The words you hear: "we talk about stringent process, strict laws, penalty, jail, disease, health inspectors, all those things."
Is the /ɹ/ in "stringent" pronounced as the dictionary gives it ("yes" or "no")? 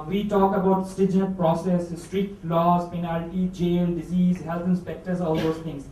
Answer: no